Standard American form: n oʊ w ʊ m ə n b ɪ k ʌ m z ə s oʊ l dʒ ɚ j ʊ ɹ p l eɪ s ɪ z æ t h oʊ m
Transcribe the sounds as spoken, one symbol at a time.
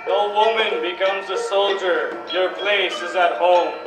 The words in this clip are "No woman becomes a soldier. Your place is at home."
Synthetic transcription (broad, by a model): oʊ w ʊ m ə n b ɪ k ʌ m z ə s oʊ l dʒ ɚ j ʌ ɹ p l eɪ s ɪ z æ t h oʊ m